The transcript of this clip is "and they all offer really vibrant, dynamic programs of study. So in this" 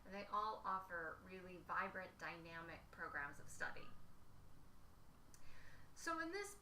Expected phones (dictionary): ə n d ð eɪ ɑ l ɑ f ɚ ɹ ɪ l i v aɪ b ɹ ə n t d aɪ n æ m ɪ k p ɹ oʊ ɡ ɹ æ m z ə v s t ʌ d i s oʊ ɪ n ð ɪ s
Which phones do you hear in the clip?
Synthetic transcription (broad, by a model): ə n ð eɪ ɑ l ɑ f ɚ ɹ ɪ l i v aɪ b ɹ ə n d aɪ n æ m ɪ k p ɹ oʊ ɡ ɹ æ m z ə v s t ʌ d i s oʊ ɪ n ð ɪ s